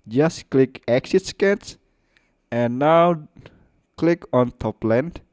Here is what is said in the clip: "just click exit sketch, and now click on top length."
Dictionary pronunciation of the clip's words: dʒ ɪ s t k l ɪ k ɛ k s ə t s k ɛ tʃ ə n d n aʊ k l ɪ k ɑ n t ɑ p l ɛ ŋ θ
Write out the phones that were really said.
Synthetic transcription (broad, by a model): dʒ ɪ s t k l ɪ k ɛ k s ə t s k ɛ s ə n n aʊ k l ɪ k ɑ n t ɑ p l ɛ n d